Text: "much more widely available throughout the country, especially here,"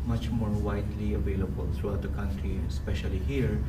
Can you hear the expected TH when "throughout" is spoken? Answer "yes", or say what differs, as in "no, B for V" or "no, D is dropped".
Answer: no, T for TH